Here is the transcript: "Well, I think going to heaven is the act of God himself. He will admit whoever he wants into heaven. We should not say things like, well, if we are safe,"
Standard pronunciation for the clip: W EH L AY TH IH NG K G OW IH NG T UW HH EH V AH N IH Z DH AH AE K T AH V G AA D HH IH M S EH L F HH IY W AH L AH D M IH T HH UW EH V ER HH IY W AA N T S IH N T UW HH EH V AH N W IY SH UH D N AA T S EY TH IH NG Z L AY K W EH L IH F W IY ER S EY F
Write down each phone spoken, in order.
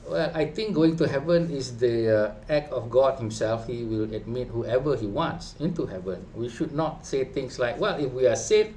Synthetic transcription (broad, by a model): W EH L AY T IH NG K G OW IH NG T UW HH EH V AH N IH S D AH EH K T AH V G AA D HH IH M S EH L F HH IY W AH L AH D M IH T HH UW EH V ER HH IY W AA N T S IH N T UW HH EH V AH N W IY SH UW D N AA T S EY T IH NG S L AY K W EH L IH F W IY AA S EY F